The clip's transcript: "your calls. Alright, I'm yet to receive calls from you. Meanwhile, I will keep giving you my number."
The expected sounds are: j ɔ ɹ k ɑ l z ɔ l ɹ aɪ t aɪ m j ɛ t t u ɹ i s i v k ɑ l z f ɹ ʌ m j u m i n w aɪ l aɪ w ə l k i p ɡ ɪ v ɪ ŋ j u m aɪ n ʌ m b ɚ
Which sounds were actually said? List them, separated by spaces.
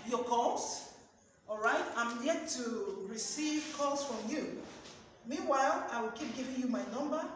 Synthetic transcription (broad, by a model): j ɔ k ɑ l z ɔ l ɹ aɪ t aɪ m j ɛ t t u ɹ i s i v k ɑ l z f ɹ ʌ m j u m i n w aɪ l aɪ w ə l k i p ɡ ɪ v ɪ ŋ j u m aɪ n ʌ m b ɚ